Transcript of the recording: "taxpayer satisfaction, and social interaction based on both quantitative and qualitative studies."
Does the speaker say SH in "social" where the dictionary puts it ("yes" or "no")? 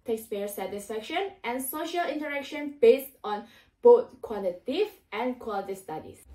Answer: yes